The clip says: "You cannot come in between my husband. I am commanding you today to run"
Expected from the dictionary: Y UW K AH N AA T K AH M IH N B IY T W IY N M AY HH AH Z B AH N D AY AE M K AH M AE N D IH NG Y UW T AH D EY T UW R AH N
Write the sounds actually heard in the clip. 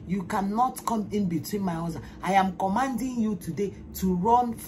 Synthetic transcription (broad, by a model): Y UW K AH N AA T K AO M IH N B IY T W IY N M AY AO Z AH AY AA M K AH M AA N D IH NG Y UW T AH D EY T UW R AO N